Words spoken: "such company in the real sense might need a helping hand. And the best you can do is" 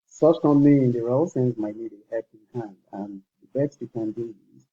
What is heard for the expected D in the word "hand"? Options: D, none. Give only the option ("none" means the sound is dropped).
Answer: D